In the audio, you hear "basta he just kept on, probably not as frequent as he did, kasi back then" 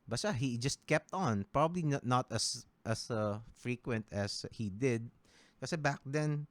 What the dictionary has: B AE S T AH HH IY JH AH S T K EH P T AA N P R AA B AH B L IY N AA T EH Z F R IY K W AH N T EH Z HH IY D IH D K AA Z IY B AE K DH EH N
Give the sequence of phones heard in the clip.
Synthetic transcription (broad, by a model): B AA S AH HH IY JH AH S T K EH P T AA N P R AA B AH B L IY N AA T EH S F R IY K W AH N T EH S HH IY D IH D K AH S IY B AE K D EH N